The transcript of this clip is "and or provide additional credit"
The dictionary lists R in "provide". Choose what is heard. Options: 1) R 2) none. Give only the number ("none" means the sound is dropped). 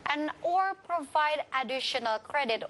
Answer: 1